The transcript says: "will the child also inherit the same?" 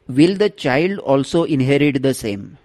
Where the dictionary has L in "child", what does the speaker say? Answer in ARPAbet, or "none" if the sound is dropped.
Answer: L